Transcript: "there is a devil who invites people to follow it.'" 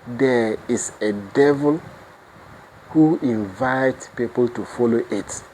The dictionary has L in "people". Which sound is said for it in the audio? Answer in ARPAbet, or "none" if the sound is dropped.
L